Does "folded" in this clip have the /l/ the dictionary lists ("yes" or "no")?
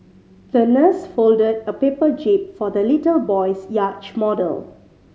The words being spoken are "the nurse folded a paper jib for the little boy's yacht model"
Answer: yes